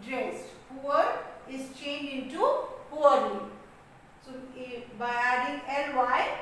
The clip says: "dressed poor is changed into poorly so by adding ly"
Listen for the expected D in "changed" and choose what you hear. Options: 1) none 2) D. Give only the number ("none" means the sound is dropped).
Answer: 1